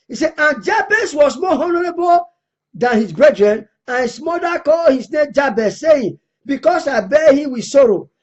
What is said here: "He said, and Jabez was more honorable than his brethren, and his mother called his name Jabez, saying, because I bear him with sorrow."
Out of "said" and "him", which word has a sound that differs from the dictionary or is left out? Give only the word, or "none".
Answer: said